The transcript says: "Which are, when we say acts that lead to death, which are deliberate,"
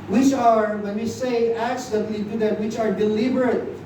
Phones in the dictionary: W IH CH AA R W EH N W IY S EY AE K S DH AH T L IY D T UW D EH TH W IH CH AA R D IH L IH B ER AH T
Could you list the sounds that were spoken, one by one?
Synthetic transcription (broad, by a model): W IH CH AA R W EH N W IY S EY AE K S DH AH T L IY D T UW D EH T W IH CH AA R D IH L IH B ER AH T